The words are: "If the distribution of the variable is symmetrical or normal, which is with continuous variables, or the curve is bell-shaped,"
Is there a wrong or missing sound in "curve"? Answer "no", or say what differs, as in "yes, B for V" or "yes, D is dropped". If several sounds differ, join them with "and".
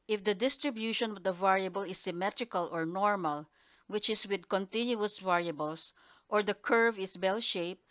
no